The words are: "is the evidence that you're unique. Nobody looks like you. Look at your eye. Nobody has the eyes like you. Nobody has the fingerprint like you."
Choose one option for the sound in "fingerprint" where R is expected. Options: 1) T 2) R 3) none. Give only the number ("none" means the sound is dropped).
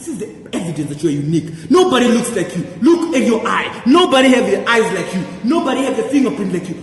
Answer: 3